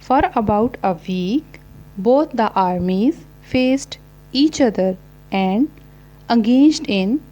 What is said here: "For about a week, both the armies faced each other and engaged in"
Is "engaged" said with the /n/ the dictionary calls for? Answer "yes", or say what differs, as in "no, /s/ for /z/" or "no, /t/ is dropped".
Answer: no, /n/ is dropped